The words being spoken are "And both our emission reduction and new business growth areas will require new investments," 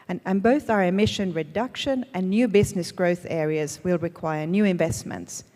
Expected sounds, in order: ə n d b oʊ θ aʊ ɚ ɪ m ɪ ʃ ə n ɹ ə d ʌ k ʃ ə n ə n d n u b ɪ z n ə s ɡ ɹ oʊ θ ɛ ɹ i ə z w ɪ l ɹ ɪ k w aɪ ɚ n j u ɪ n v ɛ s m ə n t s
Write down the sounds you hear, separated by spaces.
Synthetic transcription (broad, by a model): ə n b oʊ θ aʊ ɚ ɪ m ɪ ʃ ə n ɹ ə d ʌ k ʃ ə n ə n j u b ɪ z n ə s ɡ ɹ oʊ θ ɛ ɹ i ə z w ɪ l ɹ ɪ k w aɪ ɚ n j u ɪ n v ɛ s m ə n t s